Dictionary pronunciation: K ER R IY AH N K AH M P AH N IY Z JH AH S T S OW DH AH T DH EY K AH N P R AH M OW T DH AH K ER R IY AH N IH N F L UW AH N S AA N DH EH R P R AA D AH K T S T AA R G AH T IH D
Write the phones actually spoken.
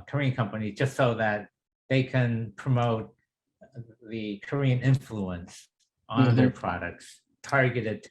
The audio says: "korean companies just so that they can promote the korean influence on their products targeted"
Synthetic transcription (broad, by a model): K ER R IY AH N K AH M P AH N IY Z JH AH S T S OW DH AH T DH EY K AH N P R AH M OW T DH AH K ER R IY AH N IH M F L UW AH N S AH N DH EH R P R AA D AH K T S T AA R G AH T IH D